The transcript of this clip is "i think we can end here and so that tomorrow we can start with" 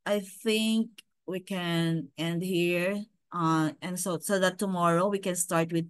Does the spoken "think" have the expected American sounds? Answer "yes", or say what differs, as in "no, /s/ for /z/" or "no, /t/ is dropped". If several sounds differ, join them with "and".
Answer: yes